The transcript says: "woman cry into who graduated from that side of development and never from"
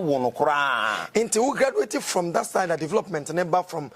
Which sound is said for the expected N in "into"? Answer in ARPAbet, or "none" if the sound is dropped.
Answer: N